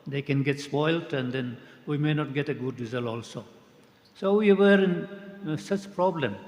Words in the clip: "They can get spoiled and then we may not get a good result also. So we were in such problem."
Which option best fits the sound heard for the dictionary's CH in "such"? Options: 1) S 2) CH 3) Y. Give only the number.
2